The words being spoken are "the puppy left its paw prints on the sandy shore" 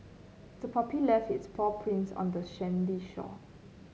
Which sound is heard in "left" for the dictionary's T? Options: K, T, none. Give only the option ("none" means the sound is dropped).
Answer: none